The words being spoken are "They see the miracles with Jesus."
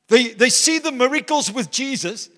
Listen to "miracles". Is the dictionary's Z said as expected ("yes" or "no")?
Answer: yes